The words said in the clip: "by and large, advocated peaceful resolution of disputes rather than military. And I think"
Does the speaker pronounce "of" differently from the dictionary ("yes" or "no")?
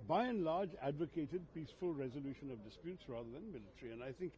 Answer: no